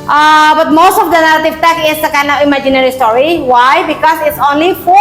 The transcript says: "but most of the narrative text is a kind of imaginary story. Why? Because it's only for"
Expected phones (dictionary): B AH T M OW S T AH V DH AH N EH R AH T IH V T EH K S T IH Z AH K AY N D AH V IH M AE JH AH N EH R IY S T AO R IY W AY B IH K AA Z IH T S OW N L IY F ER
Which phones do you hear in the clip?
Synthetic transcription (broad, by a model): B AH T M OW S T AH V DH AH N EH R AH T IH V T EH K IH S AH K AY N AH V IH M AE JH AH N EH R IY S T AO R IY W AY B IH K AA S IH T S OW N L IY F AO